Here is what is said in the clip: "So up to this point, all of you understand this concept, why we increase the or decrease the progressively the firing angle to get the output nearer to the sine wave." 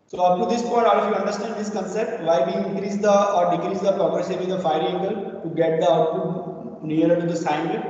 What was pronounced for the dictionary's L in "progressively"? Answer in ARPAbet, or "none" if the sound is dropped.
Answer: none